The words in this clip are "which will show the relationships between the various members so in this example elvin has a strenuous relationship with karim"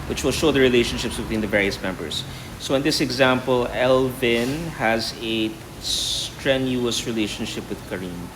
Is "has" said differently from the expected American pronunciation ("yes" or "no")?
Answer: no